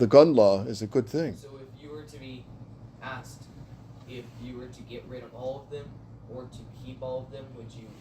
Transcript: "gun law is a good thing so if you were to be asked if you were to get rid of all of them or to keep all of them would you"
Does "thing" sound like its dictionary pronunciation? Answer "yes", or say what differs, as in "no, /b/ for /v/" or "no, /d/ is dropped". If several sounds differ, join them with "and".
yes